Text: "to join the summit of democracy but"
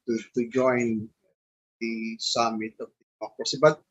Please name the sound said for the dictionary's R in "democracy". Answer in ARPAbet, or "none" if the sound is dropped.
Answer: none